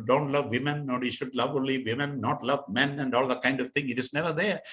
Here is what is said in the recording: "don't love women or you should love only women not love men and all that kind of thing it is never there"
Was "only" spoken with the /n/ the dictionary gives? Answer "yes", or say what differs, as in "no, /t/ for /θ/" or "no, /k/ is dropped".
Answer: no, /n/ is dropped